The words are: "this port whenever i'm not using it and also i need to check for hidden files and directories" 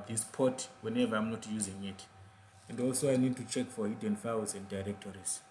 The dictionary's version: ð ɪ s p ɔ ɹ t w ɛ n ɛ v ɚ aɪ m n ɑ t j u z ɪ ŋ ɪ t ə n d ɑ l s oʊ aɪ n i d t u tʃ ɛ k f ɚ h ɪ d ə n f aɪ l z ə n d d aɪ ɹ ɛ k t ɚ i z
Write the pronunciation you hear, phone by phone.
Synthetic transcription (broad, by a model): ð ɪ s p ɔ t w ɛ n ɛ v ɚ aɪ m n ɑ t j u z ɪ ŋ ɪ t ə n d ɑ l s oʊ aɪ n i d t u tʃ ɛ k f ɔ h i d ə n f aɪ w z ə n d d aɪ ɹ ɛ k t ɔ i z